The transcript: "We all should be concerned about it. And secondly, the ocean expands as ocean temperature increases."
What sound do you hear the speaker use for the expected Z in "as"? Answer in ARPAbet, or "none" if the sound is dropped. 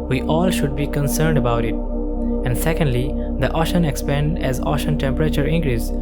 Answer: Z